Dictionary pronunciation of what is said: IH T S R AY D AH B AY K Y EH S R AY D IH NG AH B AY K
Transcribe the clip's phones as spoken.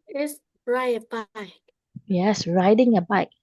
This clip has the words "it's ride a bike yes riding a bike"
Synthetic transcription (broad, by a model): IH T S R AY AH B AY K Y EH S R AY D IH NG AH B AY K